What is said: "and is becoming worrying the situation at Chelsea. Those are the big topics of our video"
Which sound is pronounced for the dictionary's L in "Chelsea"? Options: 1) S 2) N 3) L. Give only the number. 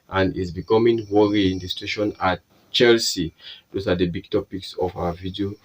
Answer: 3